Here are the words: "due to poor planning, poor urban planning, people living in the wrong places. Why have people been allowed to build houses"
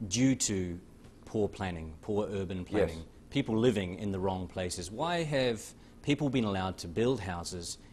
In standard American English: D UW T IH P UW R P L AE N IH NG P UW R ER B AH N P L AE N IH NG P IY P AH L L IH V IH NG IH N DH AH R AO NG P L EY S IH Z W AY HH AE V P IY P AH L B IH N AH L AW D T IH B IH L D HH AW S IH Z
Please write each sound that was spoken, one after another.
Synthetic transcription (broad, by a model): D UW T IH P UW R P L AE N IH NG P UW R ER B AH N P L AE N IH NG P IY P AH L L IH V IH NG IH N DH AH R AO NG P L EY S IH Z W AY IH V P IY P L B IH N AH L AW D T IH B IH L D HH AW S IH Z